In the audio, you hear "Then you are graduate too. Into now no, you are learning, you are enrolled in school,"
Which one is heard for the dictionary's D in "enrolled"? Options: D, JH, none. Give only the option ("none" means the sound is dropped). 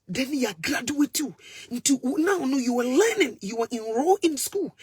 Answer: none